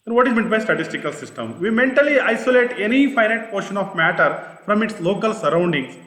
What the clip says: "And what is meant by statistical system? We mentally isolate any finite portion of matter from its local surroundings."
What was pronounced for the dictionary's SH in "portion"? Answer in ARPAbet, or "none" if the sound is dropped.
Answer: SH